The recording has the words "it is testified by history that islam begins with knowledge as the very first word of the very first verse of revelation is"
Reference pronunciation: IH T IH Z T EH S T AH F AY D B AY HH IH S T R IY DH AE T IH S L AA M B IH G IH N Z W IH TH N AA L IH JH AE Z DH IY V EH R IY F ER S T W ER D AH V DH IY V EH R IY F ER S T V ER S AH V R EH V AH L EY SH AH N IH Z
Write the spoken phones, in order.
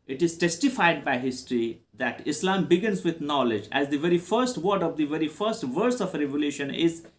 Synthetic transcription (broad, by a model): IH T IH Z T EH S T AH F AY D B AY HH IH S T R IY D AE T IH S L AA M B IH G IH N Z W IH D N AA L IH JH AE Z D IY V EH R IY F ER S T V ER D AH V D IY V EH R IY F ER S T V ER S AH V R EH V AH L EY SH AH N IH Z